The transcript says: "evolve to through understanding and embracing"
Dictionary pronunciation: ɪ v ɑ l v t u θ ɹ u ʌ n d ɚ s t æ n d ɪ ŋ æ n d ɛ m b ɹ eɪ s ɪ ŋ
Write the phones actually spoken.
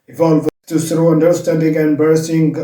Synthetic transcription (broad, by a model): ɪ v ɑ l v t u s ɹ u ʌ n d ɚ s t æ n d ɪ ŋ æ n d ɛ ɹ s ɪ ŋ